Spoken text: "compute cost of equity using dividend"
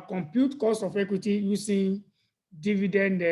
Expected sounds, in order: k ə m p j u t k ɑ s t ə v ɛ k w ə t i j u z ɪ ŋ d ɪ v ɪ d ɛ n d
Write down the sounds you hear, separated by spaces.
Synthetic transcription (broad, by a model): k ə m p j u t k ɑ s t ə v ɛ k w ə t i j u s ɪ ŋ d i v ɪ d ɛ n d